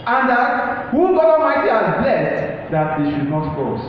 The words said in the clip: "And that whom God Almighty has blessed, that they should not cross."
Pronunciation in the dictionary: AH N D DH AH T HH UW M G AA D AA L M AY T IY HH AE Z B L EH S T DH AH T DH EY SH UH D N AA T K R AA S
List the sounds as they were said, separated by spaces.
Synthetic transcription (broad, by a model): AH N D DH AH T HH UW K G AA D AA M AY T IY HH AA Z B L EH S T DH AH T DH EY SH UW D N AA T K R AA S